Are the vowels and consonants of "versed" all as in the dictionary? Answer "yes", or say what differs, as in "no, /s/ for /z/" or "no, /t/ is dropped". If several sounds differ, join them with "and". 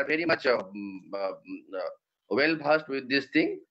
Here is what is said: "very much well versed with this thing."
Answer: no, /b/ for /v/